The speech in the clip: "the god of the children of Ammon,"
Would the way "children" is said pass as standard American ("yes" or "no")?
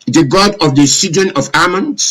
no